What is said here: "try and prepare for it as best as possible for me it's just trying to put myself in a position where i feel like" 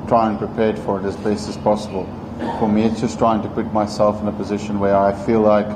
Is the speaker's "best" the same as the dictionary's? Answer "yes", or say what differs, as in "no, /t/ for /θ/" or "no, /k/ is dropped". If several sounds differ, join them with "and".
no, /t/ is dropped